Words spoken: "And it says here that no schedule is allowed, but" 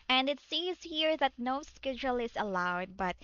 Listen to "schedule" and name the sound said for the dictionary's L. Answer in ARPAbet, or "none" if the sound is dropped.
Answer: L